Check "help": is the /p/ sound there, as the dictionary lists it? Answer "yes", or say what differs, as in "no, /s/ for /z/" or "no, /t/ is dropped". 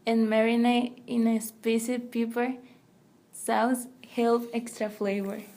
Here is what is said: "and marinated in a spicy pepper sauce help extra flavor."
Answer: no, /f/ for /p/